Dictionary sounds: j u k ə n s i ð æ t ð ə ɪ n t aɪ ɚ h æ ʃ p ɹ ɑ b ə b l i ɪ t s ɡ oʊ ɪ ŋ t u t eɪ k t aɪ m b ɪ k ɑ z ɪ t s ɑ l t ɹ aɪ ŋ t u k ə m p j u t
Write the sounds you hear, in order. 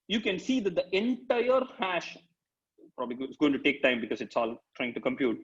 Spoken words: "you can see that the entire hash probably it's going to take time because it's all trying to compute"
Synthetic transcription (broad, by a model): j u k ə n s i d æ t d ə ɪ n t aɪ ɚ h æ ʃ p ɹ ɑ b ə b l i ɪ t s ɡ oʊ ɪ ŋ t u t eɪ k t aɪ m b ɪ k ɑ z ɪ t s ɑ l t ɹ aɪ ŋ t u k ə m p j u t